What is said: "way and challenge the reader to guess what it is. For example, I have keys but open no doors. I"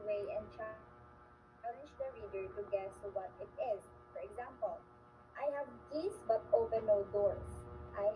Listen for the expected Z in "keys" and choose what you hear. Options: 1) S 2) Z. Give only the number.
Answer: 1